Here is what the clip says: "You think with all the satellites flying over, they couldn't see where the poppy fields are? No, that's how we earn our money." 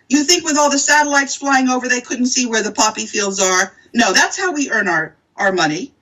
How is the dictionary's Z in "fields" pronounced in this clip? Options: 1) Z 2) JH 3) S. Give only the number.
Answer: 1